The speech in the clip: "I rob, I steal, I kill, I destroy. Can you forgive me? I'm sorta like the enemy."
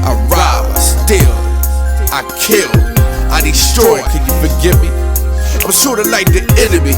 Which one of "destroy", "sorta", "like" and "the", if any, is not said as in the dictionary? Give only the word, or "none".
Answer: destroy